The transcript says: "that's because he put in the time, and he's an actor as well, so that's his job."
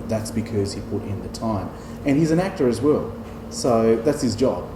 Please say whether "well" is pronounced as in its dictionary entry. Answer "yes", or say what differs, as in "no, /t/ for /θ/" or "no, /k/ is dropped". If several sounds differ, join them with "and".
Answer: yes